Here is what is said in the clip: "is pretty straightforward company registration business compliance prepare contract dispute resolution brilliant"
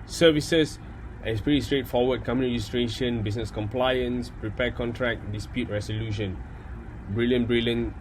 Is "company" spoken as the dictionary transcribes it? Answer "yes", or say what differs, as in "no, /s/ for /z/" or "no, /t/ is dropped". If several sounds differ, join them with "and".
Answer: no, /p/ is dropped